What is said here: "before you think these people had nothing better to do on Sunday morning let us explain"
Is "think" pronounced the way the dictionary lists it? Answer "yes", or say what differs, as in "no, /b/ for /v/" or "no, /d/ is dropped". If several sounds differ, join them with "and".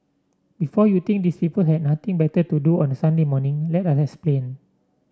no, /t/ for /θ/